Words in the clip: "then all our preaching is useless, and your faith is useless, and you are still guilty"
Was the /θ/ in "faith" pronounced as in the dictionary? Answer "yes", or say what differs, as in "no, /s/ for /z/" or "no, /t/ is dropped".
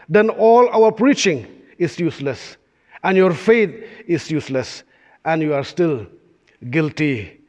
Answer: no, /t/ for /θ/